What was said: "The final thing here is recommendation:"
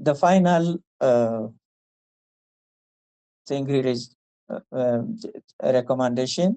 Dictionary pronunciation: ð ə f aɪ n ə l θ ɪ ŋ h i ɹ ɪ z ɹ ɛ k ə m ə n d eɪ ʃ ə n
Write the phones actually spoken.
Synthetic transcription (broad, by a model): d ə f aɪ n ə l s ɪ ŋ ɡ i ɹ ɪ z ɹ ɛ k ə m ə n d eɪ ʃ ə n